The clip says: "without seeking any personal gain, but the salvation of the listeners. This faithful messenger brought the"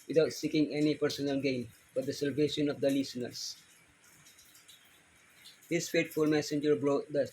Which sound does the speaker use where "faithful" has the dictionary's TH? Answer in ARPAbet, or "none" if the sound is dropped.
T